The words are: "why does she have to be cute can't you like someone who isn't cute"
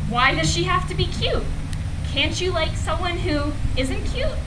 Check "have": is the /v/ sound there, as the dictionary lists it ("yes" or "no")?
no